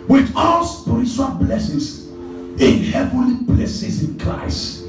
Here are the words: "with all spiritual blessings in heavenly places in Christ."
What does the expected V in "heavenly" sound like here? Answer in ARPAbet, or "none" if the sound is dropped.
V